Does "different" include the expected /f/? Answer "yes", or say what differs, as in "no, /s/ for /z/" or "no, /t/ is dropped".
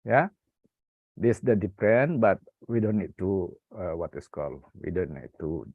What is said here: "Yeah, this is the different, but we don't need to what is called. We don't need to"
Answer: no, /p/ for /f/